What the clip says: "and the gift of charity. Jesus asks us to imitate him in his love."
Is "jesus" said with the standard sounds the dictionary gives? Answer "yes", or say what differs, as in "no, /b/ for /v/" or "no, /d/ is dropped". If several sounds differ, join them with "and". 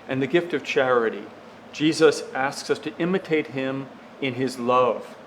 yes